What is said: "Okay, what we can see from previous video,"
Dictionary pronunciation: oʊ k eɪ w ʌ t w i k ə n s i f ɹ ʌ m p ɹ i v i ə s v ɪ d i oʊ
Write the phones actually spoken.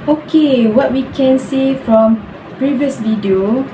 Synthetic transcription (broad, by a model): oʊ k eɪ w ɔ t w i k ə n s i f ɹ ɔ m p ɹ i v i ə s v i d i oʊ